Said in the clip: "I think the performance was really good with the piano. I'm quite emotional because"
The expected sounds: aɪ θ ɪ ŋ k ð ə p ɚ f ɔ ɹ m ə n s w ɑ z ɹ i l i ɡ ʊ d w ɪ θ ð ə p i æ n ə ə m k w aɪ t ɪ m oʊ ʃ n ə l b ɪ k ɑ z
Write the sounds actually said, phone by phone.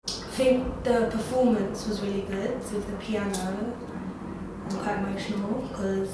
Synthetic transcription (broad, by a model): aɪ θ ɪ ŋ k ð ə p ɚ f ɔ m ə n s w ɑ z ɹ i l i ɡ ʊ d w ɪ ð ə p i æ n ə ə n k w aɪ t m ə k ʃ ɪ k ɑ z